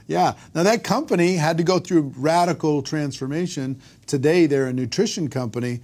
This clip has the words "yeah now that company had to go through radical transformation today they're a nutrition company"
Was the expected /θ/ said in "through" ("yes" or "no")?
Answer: yes